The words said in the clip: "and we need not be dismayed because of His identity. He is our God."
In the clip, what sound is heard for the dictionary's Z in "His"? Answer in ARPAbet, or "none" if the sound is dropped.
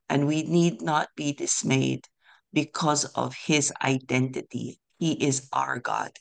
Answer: Z